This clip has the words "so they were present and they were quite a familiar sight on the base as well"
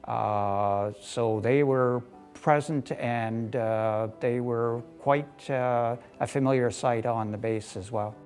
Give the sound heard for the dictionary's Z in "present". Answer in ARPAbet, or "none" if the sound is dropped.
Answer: Z